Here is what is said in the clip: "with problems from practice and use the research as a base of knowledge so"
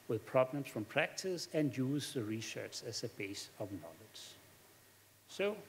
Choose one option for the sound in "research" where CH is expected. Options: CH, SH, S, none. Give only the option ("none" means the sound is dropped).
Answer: S